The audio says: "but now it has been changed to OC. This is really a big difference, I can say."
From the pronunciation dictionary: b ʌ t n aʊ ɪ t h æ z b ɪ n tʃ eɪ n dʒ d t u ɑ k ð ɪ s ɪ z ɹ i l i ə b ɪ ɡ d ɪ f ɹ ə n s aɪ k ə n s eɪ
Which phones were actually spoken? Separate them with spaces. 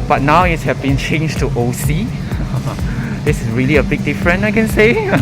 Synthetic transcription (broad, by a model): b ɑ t n aʊ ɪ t h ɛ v b ɪ n tʃ eɪ n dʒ t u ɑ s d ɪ s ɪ s ɹ i l i ə b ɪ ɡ d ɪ f ɹ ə n aɪ k ə n s eɪ